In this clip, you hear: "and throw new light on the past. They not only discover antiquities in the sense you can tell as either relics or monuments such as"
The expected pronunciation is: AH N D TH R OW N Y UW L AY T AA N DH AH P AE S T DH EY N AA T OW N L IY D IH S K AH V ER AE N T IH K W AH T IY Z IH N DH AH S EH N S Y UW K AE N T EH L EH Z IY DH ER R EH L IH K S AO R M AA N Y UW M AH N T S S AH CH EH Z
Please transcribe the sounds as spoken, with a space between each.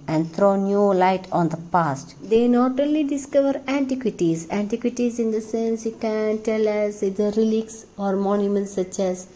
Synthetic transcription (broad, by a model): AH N D T R OW N Y UW L AY T AA N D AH P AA S T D EY N AA T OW L IY D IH S K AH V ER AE N T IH K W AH T IY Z IH N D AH S EH N S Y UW K AE N T EH L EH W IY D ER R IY L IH K S AO R M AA N Y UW M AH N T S S AH CH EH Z